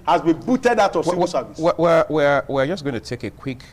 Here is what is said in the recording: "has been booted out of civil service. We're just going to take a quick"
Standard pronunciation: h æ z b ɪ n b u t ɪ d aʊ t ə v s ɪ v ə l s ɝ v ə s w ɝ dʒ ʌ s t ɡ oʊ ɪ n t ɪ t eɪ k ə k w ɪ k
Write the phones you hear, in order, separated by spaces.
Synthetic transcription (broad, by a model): h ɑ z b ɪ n b u t ɪ d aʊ t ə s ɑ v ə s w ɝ w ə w w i dʒ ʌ s ɡ oʊ ɪ n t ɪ t eɪ k ə k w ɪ k